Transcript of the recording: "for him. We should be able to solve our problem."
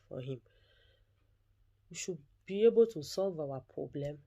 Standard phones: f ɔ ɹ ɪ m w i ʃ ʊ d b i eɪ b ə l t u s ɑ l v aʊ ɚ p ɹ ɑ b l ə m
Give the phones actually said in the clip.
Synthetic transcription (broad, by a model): f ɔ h ɪ m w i ʃ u b i eɪ b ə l t u s ɑ l v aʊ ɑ p ɹ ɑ b l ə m